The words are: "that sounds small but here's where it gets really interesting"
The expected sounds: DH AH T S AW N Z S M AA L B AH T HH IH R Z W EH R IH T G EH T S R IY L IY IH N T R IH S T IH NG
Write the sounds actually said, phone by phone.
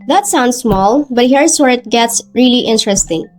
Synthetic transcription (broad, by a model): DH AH T S AW N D S M AA L B AH T HH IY R S W EH R IH T G EH T S R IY L IY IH N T R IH S T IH NG